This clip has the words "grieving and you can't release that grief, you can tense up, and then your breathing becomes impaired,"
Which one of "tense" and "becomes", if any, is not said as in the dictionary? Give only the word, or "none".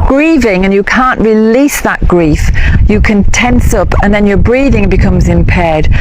none